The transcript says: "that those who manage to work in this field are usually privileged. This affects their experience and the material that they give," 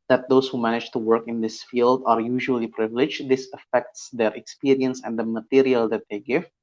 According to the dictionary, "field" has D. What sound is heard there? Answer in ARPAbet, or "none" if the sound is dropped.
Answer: D